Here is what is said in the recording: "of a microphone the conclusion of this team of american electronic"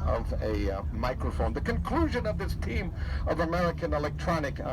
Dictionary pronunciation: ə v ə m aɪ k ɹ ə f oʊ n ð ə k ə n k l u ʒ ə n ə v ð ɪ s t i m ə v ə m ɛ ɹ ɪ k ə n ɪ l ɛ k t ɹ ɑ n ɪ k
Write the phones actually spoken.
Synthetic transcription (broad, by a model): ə v ə m aɪ k ɹ ə f oʊ n ð ə k ə n k l u ʒ ə n ə v ð ɪ s t i m ə v ə m ɛ ɹ ɪ k ə n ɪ l ɛ k t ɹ ɑ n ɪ k